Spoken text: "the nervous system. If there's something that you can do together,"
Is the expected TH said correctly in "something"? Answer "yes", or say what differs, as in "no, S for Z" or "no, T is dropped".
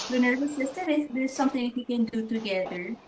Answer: no, T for TH